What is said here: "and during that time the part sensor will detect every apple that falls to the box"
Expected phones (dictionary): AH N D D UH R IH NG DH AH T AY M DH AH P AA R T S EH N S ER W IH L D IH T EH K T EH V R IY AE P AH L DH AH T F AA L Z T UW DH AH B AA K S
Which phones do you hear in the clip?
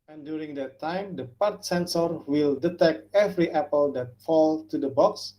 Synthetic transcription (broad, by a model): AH N D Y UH R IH NG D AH T AY M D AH P AA R T S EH N S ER W IH L D IH T EH K T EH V R IY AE P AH L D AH T F AA L T UW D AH B AA K S